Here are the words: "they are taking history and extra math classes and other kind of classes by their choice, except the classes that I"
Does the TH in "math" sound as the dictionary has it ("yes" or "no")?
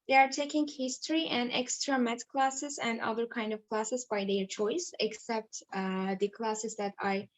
no